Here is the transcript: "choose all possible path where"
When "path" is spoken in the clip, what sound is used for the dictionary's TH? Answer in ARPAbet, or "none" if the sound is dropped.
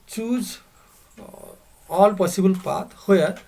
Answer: T